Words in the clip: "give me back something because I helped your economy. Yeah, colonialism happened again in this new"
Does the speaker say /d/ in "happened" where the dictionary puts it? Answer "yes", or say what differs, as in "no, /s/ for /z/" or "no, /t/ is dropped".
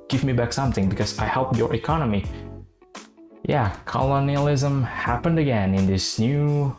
yes